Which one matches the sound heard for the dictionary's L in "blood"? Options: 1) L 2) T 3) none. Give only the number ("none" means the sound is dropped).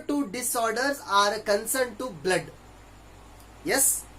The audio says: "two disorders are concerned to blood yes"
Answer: 1